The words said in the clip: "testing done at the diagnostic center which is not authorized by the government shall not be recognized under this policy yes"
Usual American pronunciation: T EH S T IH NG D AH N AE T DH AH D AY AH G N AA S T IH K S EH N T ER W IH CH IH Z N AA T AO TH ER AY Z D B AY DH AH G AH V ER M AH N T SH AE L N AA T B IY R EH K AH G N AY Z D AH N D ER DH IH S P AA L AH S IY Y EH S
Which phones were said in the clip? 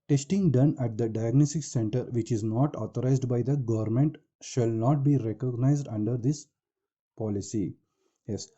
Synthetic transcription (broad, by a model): T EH S T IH NG D AH N AE T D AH D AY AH G N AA S T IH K S EH N T ER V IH CH IH Z N AA T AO T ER AY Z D B AY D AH G AH V ER M AH N T SH AE L N AA T B IY R EH K AH G N AY Z D AH N D ER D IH S P AA L AH S IY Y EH S